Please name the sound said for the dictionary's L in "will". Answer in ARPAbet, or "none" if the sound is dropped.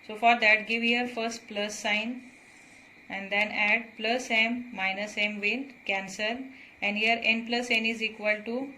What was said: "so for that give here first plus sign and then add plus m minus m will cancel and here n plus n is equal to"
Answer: N